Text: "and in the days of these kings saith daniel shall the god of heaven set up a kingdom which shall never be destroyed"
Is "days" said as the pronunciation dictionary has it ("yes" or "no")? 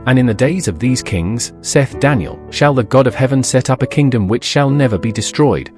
yes